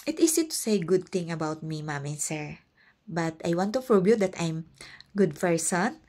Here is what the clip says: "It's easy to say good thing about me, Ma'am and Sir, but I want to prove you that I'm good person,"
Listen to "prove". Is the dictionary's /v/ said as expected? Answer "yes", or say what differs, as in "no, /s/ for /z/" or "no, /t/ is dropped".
no, /b/ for /v/